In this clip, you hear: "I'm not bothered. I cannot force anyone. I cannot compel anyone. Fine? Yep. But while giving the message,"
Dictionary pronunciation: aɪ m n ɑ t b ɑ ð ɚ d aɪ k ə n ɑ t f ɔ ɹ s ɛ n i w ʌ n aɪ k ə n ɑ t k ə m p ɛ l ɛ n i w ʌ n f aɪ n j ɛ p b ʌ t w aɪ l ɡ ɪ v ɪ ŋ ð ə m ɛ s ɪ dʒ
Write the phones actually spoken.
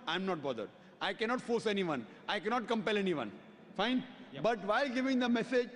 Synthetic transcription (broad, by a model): aɪ m n ɑ t b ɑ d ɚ d aɪ k ə n ɑ t f ɔ ɹ s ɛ n i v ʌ n aɪ k ə n ɑ t k ə m p ɛ l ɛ n i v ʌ n f aɪ n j b ʌ t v aɪ l ɡ ɪ v ɪ ŋ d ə m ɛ s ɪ dʒ